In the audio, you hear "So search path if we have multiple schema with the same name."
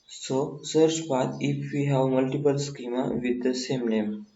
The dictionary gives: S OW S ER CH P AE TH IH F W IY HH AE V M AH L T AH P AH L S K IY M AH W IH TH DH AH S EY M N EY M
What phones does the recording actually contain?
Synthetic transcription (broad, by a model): S OW S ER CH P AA T IH F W IY HH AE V M AH L T AH P AH L S K IY M AH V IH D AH S EY M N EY M